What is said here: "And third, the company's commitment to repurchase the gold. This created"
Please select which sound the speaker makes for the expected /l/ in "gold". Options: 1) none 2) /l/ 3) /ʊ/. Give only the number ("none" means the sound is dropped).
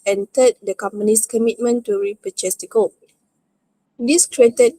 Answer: 1